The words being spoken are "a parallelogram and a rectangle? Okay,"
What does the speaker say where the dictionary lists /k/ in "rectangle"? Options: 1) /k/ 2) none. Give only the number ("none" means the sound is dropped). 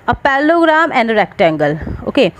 1